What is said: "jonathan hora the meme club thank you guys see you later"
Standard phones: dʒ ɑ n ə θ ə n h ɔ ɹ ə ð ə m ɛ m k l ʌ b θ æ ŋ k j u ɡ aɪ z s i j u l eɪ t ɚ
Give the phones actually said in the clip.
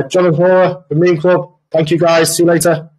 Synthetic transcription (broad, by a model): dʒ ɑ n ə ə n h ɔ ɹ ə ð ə m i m k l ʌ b θ æ ŋ k j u ɡ aɪ z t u l eɪ t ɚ